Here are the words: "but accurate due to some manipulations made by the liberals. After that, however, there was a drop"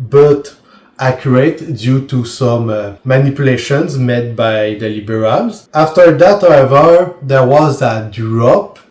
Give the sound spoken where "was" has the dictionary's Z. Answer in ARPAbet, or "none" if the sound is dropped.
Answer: Z